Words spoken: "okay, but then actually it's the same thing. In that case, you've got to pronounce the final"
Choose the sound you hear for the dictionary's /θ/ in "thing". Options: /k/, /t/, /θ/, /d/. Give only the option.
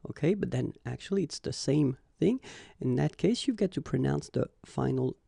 /θ/